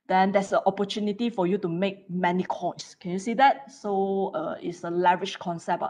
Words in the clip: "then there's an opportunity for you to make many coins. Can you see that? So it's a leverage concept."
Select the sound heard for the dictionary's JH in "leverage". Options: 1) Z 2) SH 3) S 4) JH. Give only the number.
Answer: 2